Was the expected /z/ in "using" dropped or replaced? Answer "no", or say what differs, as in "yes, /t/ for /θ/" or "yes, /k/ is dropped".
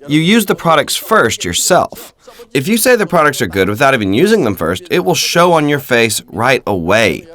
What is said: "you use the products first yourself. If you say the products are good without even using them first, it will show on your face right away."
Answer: no